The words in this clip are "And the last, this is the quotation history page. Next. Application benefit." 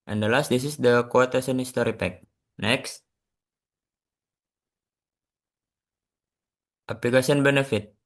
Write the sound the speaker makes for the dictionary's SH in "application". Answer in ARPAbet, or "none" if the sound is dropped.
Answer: S